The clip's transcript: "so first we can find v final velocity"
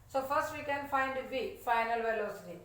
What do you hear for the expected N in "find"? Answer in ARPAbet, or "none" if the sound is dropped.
N